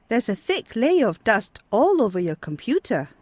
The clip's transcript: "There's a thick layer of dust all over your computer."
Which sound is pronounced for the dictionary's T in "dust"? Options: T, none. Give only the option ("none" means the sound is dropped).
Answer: T